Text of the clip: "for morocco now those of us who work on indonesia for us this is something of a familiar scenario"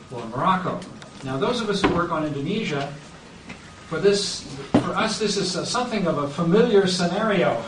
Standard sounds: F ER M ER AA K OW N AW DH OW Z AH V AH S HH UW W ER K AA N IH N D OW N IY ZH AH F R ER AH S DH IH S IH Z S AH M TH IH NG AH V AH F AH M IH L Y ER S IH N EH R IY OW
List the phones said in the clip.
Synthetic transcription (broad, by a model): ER M ER AA K OW N AW DH OW Z AH V AH S HH UW W ER K N IH N D OW N IY ZH AH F R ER AH S DH IH S IH Z S AH M TH IH NG AH V AH F AH M IH L Y ER S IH N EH R IY OW